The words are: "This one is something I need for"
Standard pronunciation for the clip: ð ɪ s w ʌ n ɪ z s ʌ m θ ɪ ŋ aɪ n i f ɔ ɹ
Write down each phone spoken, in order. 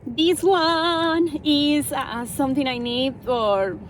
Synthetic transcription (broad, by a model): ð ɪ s w ʌ n ɪ z s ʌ m t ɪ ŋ aɪ n i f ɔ ɹ